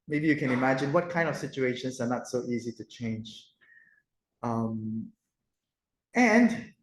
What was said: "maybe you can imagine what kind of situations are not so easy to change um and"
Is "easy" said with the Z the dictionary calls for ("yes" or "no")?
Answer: yes